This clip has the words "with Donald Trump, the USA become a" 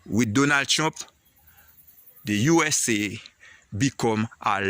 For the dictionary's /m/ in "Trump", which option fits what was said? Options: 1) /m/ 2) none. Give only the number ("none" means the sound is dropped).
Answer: 2